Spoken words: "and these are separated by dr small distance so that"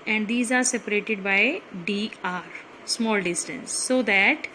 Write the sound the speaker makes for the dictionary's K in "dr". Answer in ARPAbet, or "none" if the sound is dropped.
none